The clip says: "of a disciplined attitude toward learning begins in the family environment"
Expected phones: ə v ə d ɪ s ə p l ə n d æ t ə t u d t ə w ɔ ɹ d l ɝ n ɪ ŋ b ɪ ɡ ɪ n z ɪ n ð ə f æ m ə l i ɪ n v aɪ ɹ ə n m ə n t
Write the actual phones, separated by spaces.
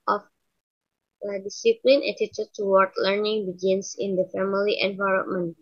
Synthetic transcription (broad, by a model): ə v ə d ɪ s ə p l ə n ɛ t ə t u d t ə w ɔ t l ɝ n ɪ ŋ b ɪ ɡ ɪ n s ɪ n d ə f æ m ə l i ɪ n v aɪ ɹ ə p m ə n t